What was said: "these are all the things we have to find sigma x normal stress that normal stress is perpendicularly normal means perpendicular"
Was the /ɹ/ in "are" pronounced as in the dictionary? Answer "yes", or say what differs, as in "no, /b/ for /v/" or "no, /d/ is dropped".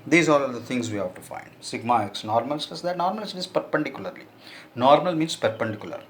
no, /l/ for /ɹ/